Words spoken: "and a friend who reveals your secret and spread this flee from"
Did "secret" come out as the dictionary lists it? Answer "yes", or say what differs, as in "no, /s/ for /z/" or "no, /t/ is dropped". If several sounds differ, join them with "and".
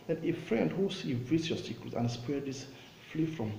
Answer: no, /ɹ/ is dropped